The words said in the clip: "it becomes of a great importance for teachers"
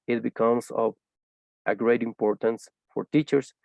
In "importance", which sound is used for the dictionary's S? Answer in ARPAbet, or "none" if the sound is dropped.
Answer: S